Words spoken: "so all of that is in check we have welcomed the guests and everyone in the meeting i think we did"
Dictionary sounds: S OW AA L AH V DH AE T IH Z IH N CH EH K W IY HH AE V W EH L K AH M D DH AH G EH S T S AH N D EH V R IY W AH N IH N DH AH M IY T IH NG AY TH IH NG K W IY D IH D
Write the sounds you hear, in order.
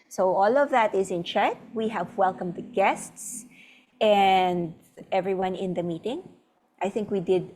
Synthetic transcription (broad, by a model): S OW AA L AH V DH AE T IH Z IH N CH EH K W IY HH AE V W EH L K AH M D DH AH G EH S T S AH N D EH V R IY W AH N IH N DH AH M IY T IH NG AY TH IH NG K W IY D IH D